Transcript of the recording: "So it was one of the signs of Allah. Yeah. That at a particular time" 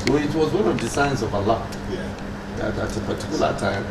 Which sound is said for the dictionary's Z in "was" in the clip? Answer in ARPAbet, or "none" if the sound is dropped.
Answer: Z